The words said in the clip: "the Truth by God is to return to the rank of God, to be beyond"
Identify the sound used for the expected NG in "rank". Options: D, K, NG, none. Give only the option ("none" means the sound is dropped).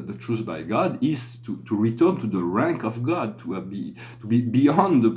NG